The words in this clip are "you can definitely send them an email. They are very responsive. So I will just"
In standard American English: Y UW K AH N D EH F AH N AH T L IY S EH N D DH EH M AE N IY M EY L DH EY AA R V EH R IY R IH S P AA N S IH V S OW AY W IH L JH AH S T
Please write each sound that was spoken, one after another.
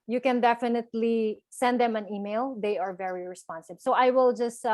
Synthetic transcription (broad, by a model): Y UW K AH N D EH F AH N AH T L IY S EH N D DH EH M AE N IY M EY L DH EY AA R V EH R IY R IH S P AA N S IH B S OW AY W IH L JH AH S T